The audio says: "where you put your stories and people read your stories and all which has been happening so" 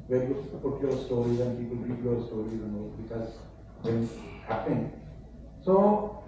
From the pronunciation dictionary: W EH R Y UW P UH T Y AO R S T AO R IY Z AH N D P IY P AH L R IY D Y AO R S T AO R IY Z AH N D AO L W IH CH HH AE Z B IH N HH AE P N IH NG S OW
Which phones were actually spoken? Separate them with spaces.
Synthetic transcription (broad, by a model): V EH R Y UW P UH T Y AO R S T AO R IY Z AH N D P IY P AH L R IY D Y AO R S T AO R IY Z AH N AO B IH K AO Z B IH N HH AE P IH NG S OW